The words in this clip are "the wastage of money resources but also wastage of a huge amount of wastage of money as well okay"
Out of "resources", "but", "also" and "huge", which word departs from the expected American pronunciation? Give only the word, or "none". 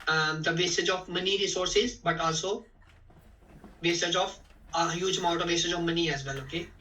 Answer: none